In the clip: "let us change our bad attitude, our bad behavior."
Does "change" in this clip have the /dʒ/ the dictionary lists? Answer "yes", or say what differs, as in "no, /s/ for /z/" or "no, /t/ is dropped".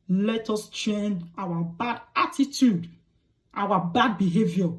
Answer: no, /dʒ/ is dropped